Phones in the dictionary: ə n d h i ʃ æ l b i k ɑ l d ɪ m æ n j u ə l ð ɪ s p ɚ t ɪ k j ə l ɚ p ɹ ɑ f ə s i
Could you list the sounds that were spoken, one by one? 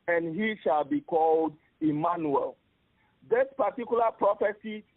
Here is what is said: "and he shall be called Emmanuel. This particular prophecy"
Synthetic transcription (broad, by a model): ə n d h i ʃ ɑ l b i k ɑ l d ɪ m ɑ n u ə l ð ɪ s p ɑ t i k j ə l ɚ p ɹ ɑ f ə s i